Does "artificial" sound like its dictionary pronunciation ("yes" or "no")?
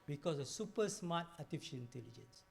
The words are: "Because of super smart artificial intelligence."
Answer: no